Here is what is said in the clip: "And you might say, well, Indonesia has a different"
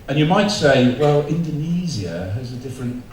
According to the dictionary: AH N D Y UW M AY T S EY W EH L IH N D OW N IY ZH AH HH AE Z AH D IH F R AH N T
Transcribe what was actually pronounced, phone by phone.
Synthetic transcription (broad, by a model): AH N Y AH M AY T S EY W EH L IH N D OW N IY Z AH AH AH Z AH D IH F R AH N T